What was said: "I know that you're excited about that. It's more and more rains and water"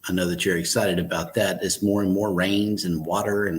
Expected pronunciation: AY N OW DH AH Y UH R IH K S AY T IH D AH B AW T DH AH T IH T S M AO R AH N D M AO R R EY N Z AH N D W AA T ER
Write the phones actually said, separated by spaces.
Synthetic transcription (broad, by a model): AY N OW DH AH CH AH R IH K S AY T IH D AH B AW T DH AH T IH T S M AO R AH N M AO R R EY N Z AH N W AA T ER